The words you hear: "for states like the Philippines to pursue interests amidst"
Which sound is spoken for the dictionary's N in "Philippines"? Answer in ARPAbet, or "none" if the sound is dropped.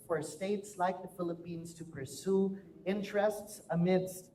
N